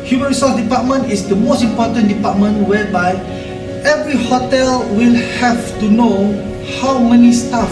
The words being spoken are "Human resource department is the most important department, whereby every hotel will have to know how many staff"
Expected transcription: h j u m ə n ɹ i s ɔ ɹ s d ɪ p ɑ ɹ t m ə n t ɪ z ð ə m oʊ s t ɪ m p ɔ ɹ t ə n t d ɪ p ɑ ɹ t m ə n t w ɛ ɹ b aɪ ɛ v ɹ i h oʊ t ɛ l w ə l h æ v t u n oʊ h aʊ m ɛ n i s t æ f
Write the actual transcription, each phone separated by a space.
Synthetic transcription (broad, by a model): h j u m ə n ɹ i s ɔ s d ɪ p ɑ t m ə n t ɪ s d ə m oʊ s t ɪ m p ɔ t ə n d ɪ p ɑ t m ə n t w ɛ b aɪ ɛ v ɹ i h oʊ t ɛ l w ə l h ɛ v t u n oʊ h aʊ m ɛ n i s t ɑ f